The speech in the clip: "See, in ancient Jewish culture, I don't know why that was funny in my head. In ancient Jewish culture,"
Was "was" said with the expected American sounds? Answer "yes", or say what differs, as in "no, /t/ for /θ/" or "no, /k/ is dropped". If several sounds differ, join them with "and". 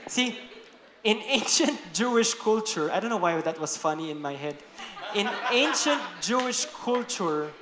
no, /s/ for /z/